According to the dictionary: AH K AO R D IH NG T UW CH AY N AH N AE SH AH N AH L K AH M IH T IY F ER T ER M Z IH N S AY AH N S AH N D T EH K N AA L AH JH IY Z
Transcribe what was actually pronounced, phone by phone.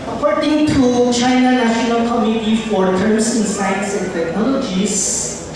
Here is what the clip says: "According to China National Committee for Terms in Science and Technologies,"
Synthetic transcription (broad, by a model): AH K AO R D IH NG T UW CH AY N AH N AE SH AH N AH L K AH M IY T IY F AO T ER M S IH N S AY AH N S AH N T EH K N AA L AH JH IY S